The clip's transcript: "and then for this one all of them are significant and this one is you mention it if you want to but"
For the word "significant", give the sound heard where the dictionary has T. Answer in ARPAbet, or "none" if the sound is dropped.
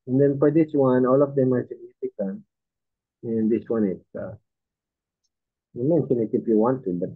none